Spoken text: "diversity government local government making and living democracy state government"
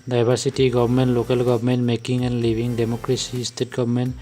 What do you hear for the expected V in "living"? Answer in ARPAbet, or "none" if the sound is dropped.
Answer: B